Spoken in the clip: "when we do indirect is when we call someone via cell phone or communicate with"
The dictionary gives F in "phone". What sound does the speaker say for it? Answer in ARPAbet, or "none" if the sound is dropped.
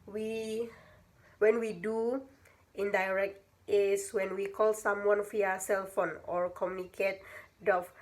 F